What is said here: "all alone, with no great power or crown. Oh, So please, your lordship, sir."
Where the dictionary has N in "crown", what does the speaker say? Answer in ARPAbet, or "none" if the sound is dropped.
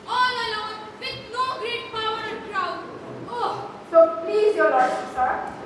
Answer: none